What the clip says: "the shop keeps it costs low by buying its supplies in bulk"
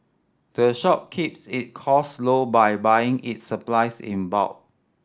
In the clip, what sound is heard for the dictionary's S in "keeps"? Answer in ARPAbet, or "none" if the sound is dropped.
S